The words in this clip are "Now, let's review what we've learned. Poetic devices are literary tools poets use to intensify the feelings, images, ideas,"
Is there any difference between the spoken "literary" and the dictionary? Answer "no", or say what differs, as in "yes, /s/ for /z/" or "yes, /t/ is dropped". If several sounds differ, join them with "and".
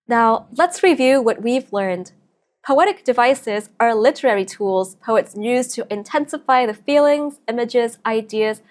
no